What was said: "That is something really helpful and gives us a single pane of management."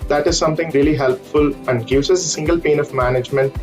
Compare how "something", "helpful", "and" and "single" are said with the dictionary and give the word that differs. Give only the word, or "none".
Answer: something